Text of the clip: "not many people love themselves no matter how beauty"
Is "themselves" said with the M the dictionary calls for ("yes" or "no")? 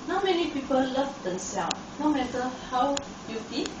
no